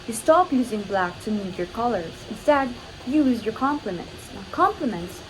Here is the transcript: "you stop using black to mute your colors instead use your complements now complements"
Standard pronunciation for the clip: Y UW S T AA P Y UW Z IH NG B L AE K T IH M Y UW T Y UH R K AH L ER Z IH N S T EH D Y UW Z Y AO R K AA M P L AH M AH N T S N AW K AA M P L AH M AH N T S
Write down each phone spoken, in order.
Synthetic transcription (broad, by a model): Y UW S T AA P Y UW Z IH NG B L AE K T IH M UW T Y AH R K AH L ER Z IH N S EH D Y UW Z Y AO R K AA M P L AH M AH N T S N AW K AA M P L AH M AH N T S